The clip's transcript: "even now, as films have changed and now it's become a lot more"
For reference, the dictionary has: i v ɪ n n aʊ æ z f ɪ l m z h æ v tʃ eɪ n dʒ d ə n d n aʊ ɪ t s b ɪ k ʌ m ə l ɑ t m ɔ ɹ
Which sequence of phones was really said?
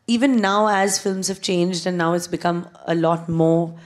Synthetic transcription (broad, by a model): i v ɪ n n aʊ æ z f ɪ l m z h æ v tʃ eɪ n dʒ d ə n n aʊ ɪ t s b ɪ k ʌ m ə l ɑ t m ɔ ɹ